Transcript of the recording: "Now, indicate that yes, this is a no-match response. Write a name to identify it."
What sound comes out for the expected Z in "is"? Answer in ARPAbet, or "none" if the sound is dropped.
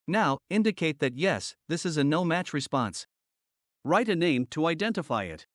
Z